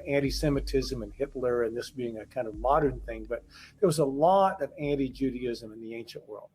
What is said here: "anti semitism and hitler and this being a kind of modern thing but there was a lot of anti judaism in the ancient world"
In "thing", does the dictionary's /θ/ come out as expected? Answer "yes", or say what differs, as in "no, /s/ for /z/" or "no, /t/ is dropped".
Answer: yes